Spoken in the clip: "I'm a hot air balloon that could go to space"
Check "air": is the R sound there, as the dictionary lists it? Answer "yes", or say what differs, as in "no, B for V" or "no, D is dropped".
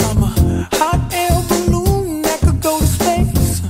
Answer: no, L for R